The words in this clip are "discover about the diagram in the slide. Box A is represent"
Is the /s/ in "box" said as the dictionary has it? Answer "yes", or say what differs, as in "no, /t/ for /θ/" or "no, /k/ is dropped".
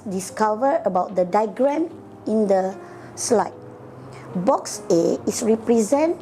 yes